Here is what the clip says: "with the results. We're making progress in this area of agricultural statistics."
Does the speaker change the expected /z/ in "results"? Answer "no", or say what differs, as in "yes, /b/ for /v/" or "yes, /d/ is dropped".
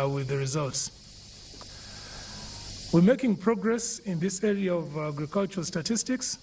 no